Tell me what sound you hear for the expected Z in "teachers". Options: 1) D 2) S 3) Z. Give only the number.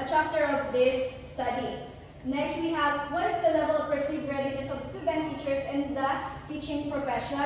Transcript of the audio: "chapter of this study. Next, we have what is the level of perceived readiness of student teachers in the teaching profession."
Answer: 2